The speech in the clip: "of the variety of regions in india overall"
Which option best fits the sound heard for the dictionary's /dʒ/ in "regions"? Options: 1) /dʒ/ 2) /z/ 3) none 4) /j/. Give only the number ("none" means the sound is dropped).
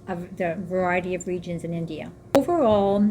1